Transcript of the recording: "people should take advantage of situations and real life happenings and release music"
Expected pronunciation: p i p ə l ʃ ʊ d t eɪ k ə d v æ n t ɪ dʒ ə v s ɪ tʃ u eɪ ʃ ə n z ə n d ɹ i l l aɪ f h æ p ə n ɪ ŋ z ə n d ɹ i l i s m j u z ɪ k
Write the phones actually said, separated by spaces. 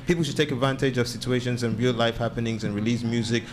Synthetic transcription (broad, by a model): p i p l ʃ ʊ d t eɪ k ə d v æ n t ɪ dʒ ə v s ɪ tʃ u eɪ ʃ ə n z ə n ɹ i l l aɪ f h æ p ə n ɪ ŋ z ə n ɹ i l i s m j u z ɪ k